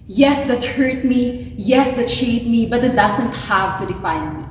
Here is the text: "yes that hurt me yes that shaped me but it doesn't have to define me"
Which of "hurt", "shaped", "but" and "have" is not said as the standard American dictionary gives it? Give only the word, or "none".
shaped